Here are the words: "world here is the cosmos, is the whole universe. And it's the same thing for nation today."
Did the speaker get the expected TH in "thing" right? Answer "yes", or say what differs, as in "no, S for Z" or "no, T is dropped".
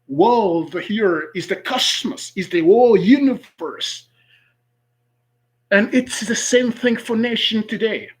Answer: yes